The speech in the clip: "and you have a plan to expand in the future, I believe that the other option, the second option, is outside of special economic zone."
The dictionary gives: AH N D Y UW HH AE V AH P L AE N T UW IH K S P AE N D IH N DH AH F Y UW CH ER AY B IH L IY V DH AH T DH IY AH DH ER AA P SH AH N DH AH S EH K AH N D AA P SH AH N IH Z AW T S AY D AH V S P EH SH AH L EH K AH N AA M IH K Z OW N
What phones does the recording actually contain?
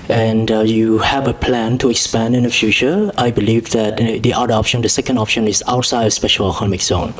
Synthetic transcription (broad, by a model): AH N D Y UW HH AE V AH P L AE N T UW IH K S P AE N D IH N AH F Y UW CH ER AY B IH L IY V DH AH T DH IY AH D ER AA P SH AH N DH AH S EH K AH N D AA P SH AH N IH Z AW T S AY D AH S P EH SH AH L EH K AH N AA M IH K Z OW N